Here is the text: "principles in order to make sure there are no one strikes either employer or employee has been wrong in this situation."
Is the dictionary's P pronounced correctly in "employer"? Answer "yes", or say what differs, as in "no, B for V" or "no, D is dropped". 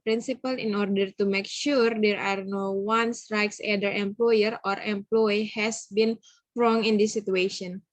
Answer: yes